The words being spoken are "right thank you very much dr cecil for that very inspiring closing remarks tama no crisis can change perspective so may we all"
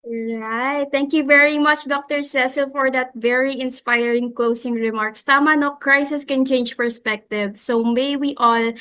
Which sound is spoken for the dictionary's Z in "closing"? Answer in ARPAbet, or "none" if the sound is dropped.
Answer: S